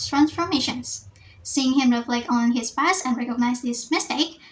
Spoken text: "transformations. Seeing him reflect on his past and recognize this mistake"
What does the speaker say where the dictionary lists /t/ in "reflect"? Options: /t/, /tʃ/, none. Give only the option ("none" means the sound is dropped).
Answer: none